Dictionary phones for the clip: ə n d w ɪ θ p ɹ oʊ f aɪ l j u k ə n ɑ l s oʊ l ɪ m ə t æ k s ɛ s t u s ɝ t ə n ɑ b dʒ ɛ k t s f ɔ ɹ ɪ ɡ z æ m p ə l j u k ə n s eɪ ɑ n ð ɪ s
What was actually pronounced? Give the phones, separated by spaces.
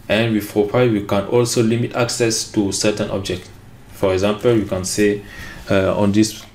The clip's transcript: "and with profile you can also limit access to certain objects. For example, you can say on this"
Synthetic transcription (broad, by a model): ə n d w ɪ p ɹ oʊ p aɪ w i k ə n ɑ l s oʊ l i m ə t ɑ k s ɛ s t u s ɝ t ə n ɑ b dʒ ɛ k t f ɔ ɹ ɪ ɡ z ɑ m p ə l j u k ə n s eɪ ɑ n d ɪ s